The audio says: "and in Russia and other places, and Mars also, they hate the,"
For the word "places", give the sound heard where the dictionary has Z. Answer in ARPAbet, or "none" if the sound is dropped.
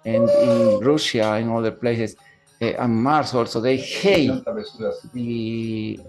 S